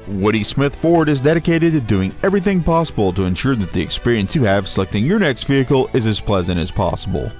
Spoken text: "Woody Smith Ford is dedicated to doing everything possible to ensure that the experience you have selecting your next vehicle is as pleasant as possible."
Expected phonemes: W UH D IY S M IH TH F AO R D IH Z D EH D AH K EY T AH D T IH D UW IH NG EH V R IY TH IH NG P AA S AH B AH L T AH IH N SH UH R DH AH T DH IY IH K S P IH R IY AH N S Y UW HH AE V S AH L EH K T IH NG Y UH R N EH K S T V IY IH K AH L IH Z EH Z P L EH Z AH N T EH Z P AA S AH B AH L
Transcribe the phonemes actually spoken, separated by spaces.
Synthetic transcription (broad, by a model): W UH D IY S M IH TH F AO R D IH Z D EH D AH K EY T AH D T IH D UW IH NG EH V R IY TH IH NG P AA S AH B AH L T AH IH N SH UH R DH AH T DH IY IH K S P IH R IY AH N S Y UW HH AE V S AH L EH K T IH NG Y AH R N EH K S T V IY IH K L IH Z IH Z P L EH Z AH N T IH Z P AA S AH B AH L